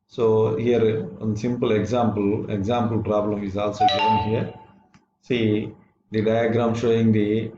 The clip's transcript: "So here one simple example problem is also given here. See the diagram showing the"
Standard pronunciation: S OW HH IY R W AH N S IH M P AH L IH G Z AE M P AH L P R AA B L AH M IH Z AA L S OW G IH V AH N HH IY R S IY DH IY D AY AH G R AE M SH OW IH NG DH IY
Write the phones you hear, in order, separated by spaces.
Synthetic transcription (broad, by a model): S OW HH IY R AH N S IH M P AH L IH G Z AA M P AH L P R AA B L AH M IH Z AA L S OW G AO AH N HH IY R S IY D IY D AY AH G R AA M SH OW IH NG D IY